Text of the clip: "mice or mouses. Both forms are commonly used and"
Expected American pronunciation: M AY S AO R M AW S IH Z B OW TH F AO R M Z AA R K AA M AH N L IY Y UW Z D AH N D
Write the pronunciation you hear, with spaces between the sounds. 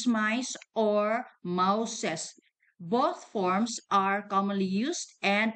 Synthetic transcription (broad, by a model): M AY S AO R M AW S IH S B OW T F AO R M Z AA R K AA M AH N L IY Y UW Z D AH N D